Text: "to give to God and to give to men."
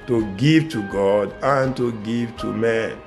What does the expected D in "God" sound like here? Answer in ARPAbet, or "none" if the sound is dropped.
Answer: D